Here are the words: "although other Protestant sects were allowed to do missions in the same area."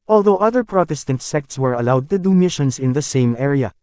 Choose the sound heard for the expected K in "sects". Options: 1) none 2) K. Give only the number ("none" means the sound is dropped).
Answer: 2